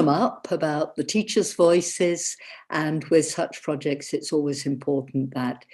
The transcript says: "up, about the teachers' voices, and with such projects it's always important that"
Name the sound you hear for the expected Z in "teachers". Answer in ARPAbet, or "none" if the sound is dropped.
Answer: Z